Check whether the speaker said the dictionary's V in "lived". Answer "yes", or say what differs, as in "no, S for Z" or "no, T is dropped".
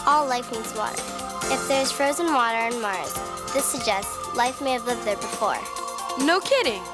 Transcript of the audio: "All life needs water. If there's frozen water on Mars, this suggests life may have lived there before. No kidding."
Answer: yes